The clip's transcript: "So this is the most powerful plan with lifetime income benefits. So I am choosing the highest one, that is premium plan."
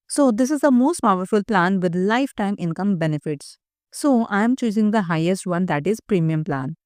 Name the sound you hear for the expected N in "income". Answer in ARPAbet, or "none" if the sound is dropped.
N